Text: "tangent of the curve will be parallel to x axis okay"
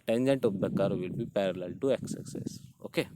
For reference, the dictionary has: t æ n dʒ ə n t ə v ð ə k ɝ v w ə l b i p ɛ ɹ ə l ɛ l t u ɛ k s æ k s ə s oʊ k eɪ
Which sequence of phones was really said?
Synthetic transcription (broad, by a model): t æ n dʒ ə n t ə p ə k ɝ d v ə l b i p ɛ ɹ ə l ɛ l t u ɛ k s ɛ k s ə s oʊ k eɪ